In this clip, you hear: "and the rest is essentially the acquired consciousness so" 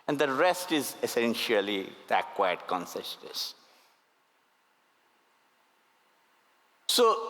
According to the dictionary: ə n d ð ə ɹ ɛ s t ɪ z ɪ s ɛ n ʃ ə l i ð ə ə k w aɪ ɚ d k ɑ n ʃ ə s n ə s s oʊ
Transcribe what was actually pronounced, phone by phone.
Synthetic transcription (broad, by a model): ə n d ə ɹ ɛ s t ɪ z ɪ s ɛ n ʃ ə l i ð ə k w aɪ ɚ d k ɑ n s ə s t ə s s oʊ